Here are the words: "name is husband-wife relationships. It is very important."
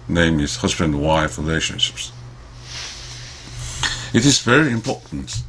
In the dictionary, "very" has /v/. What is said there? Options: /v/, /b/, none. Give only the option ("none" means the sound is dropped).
/v/